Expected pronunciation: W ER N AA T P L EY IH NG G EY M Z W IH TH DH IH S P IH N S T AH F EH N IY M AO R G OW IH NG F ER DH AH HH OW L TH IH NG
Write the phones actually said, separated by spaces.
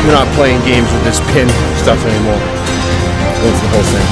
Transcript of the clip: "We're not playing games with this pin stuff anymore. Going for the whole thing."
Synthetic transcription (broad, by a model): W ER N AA T P L EY IH NG G EY M Z W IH DH IH S P IH N S T AH F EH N IY M AO R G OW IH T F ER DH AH HH OW L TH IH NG